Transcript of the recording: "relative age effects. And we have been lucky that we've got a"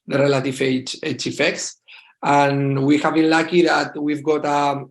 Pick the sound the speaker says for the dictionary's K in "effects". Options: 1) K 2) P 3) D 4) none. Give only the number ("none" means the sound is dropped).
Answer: 1